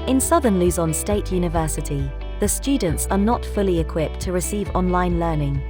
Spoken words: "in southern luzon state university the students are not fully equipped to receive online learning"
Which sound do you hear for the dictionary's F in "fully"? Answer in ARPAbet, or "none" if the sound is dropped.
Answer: F